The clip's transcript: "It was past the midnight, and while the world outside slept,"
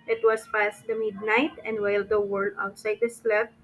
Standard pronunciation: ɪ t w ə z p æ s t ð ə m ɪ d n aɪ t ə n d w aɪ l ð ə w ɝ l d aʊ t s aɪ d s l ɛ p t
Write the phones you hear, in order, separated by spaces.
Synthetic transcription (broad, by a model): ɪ t w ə s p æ s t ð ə m ɪ d n aɪ t ə n d w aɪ l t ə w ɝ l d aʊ t s aɪ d s l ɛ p